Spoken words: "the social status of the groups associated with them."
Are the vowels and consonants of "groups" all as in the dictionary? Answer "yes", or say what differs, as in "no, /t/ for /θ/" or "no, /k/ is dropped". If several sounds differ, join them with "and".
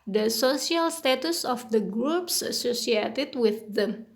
yes